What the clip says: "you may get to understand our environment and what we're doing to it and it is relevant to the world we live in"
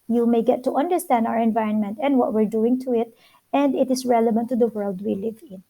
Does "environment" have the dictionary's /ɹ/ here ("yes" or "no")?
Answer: yes